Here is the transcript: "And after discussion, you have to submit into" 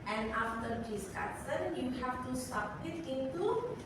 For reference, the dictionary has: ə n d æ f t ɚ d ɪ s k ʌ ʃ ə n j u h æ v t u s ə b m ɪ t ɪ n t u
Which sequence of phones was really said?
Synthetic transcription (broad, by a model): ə n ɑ f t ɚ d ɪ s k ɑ s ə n j u h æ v t u s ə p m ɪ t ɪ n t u